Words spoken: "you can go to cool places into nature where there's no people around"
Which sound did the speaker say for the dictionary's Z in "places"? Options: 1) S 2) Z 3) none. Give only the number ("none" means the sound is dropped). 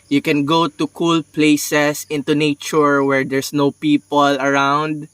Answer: 1